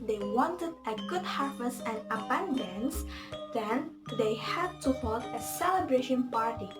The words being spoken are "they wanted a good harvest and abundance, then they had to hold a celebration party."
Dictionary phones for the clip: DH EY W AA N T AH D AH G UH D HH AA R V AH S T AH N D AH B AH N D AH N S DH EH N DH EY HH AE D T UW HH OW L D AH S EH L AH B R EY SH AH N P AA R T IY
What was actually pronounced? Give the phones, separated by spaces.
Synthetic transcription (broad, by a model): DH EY W AA N T AH D AH G UH D HH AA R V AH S AH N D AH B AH N D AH N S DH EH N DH EY HH AE D T UW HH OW L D AH S EH L AH B R EY SH AH N P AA R T IY